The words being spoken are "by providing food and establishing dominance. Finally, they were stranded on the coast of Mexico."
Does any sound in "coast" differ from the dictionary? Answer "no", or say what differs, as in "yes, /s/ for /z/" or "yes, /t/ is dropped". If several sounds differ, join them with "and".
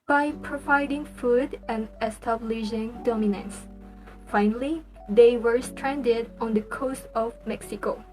no